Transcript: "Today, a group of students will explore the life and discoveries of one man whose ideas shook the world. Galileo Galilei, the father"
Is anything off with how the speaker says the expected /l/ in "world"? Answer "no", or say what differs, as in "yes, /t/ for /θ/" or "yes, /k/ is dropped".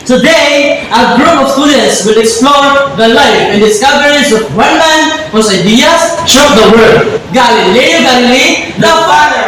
yes, /l/ is dropped